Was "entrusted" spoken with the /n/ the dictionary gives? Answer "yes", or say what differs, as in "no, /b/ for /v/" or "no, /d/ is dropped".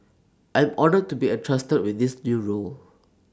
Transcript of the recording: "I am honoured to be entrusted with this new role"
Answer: no, /n/ is dropped